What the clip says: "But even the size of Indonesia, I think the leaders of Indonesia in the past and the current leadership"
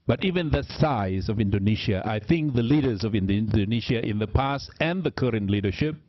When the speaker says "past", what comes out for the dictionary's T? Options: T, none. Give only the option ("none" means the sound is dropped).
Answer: T